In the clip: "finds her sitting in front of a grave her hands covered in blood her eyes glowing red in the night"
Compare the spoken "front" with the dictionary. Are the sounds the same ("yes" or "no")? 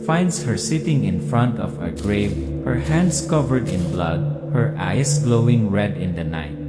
yes